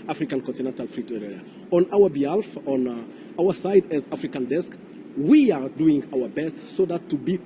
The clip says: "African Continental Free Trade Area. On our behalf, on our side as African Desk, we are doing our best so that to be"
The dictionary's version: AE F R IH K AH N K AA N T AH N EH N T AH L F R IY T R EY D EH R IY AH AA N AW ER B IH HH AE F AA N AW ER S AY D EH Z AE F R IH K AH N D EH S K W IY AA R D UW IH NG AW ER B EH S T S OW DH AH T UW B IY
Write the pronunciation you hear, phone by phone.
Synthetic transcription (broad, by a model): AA F R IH K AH N K AA N T AH N EH N T AH L F R IY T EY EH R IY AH AA N AW ER B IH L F AA N AW ER S AY D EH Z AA F R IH K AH N D EH S K W IY AA R D UW IH NG AW ER B EH S T S OW DH AH T UW B IY